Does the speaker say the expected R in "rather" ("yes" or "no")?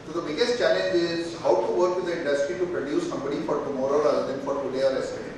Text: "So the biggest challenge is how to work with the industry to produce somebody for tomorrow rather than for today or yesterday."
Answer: no